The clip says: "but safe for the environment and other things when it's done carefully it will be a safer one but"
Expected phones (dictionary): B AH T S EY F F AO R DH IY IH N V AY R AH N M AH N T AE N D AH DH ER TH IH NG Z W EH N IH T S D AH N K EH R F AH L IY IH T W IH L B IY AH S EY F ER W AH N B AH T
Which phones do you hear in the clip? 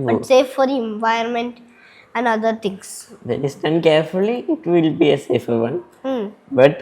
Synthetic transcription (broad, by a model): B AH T S EY F F AO R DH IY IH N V AY AH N M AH N T AE N D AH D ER T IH NG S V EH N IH S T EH N K EH R F AH L IY IH T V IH L B IY AH S EY F ER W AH N B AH T